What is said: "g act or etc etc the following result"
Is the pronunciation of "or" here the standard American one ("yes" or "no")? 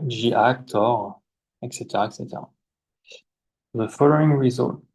yes